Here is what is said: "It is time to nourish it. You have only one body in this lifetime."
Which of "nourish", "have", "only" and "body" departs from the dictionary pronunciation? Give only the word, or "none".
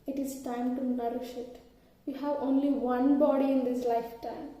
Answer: none